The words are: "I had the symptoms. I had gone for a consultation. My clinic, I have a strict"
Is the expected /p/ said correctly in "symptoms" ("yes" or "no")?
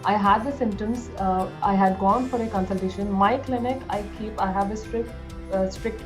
no